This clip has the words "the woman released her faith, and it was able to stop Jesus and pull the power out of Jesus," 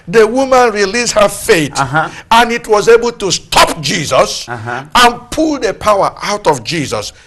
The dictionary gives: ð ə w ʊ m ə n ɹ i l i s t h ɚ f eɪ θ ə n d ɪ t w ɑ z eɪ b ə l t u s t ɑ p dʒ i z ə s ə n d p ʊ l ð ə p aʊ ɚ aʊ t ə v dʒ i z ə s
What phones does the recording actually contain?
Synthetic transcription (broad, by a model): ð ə w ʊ m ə n ɹ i l i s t h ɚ f eɪ t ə n ɪ t w ɑ z eɪ b ə l t u s t ɑ p dʒ i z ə s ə n p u l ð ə p aʊ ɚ aʊ t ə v dʒ i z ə s